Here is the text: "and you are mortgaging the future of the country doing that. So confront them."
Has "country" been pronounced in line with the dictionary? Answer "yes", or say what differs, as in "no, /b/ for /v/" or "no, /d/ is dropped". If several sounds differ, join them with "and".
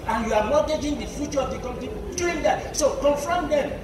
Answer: no, /ɹ/ is dropped